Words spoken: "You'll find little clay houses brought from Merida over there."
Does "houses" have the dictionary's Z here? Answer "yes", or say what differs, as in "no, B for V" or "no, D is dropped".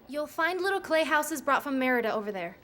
yes